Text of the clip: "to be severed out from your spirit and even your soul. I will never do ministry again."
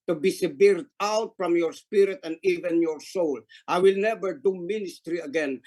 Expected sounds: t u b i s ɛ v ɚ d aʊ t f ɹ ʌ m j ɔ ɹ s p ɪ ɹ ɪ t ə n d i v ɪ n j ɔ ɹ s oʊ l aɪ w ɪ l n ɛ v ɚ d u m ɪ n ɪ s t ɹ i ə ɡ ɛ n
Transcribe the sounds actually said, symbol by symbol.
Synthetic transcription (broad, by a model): t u b i s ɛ b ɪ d aʊ t f ɹ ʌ m j ɔ ɹ s p ɪ ɹ ɪ t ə n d i v ɪ n j ɔ ɹ s oʊ l aɪ w ɪ l n ɛ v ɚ d u m ɪ n ɪ s t ɹ i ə ɡ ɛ n